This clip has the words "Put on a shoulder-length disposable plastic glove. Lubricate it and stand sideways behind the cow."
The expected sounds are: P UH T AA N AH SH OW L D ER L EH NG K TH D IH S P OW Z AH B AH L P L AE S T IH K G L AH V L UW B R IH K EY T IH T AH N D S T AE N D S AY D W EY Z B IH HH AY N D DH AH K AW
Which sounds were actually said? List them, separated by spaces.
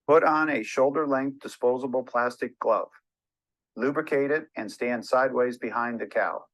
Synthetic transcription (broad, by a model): P UH T N AH SH OW L D ER L EH NG K TH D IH S P OW Z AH B L P L AE S T IH K G L AH V L UW B R IH K EY T IH T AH N S T AE N D S AY D W EY Z B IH HH AY N DH AH K AW